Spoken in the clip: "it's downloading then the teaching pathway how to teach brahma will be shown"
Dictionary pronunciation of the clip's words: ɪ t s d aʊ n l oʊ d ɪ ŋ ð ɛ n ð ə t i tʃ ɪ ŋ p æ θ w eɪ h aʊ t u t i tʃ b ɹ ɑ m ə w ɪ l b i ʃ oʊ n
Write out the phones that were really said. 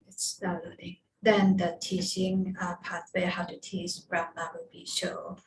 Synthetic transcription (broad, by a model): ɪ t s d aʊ l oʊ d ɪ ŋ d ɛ n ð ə t i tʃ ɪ ŋ p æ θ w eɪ h aʊ t u t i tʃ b ɹ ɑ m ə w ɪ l b i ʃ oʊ